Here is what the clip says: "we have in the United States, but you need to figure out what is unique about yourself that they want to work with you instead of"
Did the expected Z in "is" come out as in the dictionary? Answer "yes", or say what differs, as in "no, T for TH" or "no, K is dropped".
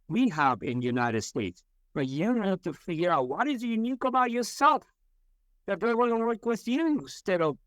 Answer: yes